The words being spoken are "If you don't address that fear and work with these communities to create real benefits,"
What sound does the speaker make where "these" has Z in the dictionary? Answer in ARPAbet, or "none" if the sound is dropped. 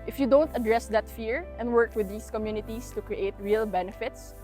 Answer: S